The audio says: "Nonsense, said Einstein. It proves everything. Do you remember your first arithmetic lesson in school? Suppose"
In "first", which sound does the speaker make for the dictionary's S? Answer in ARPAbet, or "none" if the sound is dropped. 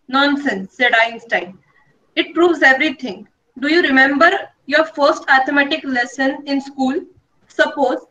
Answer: S